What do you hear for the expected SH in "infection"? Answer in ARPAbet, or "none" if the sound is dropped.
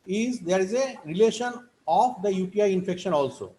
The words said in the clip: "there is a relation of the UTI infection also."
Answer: SH